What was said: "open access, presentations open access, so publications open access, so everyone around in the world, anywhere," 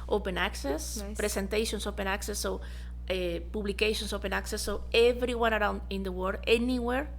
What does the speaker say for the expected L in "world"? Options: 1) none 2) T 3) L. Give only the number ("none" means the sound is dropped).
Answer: 1